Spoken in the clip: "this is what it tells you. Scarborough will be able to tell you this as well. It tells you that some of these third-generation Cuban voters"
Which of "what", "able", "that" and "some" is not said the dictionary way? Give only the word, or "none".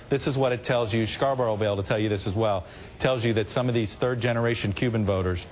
able